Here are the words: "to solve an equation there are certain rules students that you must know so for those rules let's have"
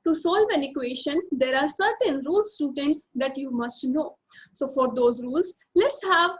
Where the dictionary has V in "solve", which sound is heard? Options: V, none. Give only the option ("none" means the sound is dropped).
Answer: V